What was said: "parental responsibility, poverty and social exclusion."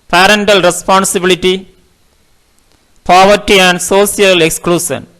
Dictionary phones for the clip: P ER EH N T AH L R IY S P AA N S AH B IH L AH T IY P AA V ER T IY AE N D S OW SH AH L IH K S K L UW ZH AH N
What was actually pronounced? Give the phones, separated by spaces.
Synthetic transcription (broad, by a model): P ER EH N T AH L R IY S P AA N S AH B IH L AH T IY P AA V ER T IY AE N D S OW S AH L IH K S K L UW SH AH N